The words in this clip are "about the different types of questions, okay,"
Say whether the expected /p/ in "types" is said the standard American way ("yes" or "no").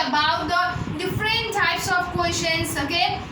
yes